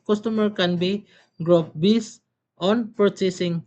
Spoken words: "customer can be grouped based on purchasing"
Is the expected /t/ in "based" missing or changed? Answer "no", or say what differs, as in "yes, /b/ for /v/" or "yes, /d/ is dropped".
yes, /t/ is dropped